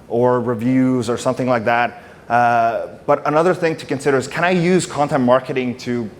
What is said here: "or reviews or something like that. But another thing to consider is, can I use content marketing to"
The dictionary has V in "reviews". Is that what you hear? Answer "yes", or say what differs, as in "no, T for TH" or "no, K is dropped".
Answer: yes